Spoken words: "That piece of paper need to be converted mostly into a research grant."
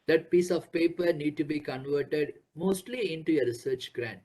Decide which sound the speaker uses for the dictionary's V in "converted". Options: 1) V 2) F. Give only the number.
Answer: 1